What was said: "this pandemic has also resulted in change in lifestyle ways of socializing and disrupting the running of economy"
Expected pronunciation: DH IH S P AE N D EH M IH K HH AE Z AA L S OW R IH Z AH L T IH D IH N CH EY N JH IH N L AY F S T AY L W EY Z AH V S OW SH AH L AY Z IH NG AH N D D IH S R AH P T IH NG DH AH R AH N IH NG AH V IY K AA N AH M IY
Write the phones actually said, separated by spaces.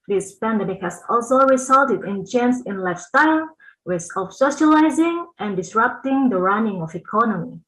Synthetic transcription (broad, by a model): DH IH S P AE N D EH M IH K HH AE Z AA L S OW R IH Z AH L T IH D IH N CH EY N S IH N L AY F S T AY L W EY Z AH F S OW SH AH L AY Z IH NG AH N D D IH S R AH P T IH NG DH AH R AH N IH NG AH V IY K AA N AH M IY